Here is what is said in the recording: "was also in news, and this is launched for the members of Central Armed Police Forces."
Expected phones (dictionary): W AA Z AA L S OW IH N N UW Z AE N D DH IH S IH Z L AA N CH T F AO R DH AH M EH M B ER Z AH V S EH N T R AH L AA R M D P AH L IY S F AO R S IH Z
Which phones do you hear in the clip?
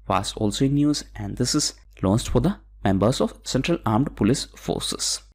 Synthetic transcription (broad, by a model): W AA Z AA L S OW IH N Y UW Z AE N D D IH S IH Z L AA N S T F AO R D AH M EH M B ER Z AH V S EH N T R AH L AA R M D P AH L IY S F AO R S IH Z